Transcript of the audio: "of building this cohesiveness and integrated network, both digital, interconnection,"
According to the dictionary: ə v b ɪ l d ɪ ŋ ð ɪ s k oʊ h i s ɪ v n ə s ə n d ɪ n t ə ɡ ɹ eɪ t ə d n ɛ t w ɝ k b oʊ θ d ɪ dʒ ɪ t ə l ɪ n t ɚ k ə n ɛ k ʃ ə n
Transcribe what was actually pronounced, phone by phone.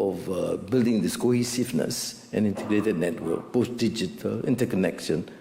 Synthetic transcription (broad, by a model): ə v b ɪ l d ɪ ŋ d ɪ s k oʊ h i s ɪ f n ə s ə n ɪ n t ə ɡ ɹ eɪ t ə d n ɛ t w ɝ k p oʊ s d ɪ dʒ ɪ t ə l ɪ n t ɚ k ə n ɛ k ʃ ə n